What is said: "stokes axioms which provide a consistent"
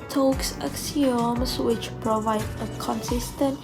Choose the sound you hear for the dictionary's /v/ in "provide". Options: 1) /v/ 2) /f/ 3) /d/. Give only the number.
1